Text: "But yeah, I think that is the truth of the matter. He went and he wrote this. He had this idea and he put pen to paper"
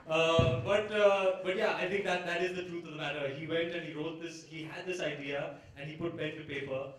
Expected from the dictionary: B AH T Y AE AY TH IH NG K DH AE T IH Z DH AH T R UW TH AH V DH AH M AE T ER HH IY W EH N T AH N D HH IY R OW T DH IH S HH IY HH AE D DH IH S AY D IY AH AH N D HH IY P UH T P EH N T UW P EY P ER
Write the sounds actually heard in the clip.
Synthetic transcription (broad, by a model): B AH T Y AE AY T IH NG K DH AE T IH Z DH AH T R UW T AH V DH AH M AE T ER HH IY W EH N T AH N HH IY R OW T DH IH S HH IY HH AE D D IH S AY D IY AH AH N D HH IY P UH T B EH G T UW P EY P ER